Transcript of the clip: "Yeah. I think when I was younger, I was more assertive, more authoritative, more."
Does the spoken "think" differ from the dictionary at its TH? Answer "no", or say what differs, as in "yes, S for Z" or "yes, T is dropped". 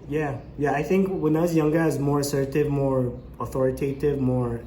no